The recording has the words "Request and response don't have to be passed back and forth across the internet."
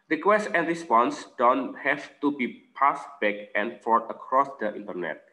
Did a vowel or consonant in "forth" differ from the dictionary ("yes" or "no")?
yes